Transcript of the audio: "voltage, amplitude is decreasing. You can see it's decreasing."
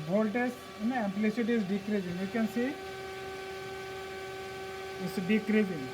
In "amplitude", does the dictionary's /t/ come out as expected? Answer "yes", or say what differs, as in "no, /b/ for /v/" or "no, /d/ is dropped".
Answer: no, /s/ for /t/